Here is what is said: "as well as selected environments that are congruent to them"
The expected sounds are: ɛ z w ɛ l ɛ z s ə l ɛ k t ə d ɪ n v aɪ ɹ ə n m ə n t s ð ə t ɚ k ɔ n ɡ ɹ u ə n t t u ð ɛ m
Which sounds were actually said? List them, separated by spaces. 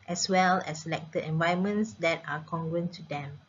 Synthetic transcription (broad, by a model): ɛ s w ɛ l ɛ s ə l ɛ k t ə d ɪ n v aɪ ə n m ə n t s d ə t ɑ k ɔ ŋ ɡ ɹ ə n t t u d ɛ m